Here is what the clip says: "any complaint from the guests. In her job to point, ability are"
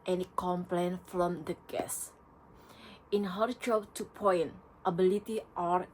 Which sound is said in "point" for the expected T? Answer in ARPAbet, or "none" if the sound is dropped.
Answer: T